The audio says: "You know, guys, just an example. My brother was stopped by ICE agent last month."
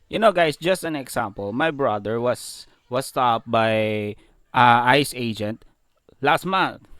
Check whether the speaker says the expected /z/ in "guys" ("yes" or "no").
no